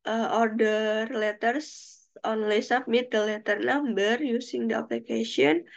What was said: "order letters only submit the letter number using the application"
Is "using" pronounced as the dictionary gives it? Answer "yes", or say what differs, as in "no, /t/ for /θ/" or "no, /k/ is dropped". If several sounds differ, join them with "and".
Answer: no, /s/ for /z/